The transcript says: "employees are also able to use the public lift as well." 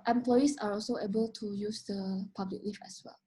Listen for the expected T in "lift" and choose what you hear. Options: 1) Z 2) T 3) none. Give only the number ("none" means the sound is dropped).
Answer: 3